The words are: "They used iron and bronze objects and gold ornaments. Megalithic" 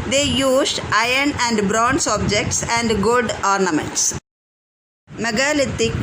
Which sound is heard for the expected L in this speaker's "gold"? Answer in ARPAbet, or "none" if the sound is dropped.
none